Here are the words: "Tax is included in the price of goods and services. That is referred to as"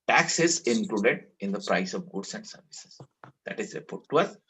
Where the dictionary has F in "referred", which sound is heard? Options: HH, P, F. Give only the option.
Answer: P